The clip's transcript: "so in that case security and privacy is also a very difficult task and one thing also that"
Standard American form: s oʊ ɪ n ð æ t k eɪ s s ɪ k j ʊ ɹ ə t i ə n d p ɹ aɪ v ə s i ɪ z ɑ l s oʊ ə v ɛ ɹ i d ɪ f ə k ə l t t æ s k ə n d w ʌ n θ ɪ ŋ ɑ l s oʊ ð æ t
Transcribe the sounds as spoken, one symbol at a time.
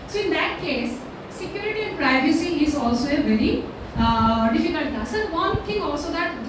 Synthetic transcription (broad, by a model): s oʊ ɪ n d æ t k eɪ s s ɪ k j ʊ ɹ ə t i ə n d p ɹ aɪ v ə s i ɪ z ɑ l s oʊ ə v ɛ ɹ i d ɪ f ə k ə l t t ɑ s ə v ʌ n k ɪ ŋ ɑ l s oʊ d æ t